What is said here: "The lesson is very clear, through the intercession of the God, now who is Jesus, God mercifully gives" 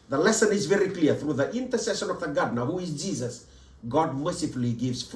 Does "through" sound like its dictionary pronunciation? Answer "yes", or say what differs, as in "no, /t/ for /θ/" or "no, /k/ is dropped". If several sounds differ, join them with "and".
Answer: yes